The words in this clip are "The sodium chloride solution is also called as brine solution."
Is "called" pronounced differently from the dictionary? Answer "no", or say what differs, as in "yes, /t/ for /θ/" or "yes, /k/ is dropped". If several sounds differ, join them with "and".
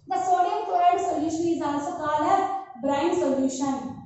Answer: yes, /d/ is dropped